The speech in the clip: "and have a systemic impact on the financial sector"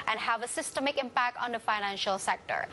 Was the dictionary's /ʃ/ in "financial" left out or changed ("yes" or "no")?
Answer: no